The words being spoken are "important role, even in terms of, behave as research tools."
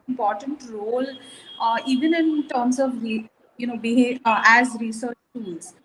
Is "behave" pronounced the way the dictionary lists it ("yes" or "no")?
no